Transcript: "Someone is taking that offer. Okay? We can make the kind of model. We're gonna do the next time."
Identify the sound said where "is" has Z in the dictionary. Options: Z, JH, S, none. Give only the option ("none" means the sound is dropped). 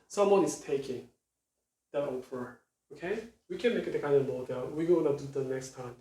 S